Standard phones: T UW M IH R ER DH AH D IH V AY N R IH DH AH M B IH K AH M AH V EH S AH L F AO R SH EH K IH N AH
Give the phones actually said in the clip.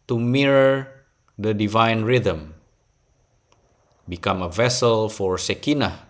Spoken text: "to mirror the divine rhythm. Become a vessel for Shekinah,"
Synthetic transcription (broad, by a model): T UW M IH R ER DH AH D IH V AY N R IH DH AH M B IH K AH M AH V EH S AH L F AO R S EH K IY N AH